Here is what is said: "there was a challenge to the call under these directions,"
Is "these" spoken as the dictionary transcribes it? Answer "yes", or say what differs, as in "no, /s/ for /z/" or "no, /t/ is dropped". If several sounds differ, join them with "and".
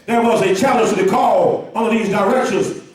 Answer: yes